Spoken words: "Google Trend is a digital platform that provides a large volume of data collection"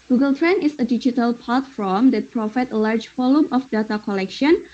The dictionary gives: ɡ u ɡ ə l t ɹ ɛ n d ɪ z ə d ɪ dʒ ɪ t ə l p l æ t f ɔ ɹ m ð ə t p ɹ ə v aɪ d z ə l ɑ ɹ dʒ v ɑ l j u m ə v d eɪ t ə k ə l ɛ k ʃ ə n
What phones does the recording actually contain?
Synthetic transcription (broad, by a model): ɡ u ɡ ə l t ɹ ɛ n ɪ s ə d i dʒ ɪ t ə l p ɑ t f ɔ m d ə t p ɹ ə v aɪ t ə l ɑ ɹ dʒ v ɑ l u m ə f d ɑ t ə k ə l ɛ k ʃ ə n